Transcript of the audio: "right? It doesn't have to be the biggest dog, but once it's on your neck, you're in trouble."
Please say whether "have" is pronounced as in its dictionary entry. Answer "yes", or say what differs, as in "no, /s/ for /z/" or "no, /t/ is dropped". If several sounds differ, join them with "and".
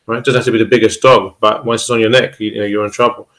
no, /f/ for /v/